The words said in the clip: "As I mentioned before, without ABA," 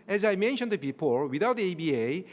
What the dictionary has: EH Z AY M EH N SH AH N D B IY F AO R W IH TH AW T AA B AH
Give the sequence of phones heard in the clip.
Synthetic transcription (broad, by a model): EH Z AY M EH N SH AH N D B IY P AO L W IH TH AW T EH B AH